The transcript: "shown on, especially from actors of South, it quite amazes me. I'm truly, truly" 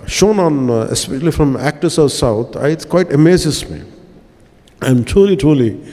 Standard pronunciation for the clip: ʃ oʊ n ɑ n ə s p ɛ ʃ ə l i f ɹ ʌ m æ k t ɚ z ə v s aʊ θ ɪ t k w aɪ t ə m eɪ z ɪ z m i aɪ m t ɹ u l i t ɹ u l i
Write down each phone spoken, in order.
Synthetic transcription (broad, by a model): ʃ oʊ n ɑ n ə s p ɛ ʃ ə l i f ɹ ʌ m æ k t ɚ s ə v s aʊ t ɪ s k w aɪ t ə m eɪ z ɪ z m i aɪ m t ɹ u l i t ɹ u l i